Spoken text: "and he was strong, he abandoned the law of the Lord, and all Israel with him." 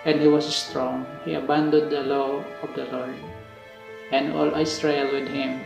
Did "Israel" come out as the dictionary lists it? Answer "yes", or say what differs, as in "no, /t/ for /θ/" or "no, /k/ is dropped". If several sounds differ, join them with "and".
no, /s/ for /z/